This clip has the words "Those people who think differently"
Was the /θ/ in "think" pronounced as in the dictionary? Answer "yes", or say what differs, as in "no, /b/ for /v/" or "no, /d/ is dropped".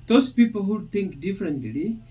no, /t/ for /θ/